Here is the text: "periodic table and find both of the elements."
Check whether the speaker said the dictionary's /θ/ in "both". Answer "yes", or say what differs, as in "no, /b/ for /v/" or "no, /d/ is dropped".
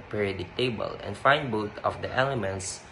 no, /t/ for /θ/